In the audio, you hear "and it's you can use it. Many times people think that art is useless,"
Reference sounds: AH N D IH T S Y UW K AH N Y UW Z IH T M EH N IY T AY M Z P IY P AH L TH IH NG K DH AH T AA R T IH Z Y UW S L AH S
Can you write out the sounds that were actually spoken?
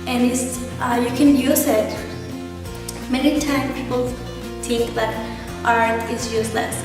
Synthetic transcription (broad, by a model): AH N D IH T S Y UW K AH N Y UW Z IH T M EH N IY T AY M P IY P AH L TH IH NG K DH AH T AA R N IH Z Y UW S L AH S